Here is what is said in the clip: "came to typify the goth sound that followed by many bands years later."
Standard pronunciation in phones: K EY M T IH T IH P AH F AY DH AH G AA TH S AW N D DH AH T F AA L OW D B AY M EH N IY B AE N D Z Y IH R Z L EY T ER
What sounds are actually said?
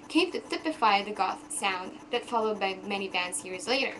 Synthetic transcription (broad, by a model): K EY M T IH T IH P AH F AY DH AH G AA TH S AW N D DH AH T F AA L OW D B AY M EH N IY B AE N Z Y IH R Z L EY T ER